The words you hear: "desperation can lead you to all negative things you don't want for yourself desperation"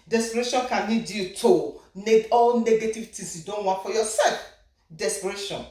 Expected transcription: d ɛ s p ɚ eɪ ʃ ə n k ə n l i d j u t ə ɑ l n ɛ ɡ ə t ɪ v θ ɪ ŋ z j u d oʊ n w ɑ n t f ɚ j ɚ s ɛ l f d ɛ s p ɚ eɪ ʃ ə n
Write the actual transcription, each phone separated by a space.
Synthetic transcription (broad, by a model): d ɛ s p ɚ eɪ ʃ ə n k ə n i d j u t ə ɑ l n ɛ ɡ ə t ɪ v t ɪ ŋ s j u d oʊ n w ɑ n t f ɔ j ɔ s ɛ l f d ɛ s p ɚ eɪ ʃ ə n